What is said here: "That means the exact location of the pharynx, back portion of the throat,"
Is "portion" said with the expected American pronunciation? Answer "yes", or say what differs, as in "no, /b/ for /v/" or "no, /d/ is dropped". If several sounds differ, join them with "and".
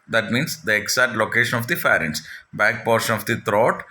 yes